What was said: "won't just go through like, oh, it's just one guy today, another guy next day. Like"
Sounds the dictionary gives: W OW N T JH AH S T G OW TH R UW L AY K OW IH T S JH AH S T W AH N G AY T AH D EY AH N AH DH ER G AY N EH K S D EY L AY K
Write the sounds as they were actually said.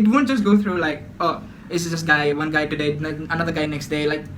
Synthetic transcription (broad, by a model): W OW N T JH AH S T G OW T R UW L AY K OW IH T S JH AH S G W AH N G AY T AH D EY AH N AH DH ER G AY N EH K S D EY L AY K